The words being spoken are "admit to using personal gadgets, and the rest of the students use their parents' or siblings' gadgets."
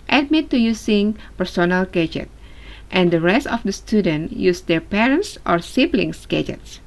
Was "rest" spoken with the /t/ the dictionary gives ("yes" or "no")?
yes